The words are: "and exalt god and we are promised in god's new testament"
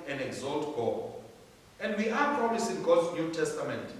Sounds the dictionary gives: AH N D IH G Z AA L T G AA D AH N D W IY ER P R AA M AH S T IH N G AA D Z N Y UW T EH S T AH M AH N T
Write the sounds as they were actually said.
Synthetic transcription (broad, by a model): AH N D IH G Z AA L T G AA AH N D W IY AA P R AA M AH S IH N G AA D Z N Y UW T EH S T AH M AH N T